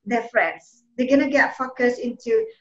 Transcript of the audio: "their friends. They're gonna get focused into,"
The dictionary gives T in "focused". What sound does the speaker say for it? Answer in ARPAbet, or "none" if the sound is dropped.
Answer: none